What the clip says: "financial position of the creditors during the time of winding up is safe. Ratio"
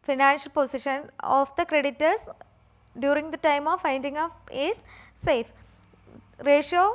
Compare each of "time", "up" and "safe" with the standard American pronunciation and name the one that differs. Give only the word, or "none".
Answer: up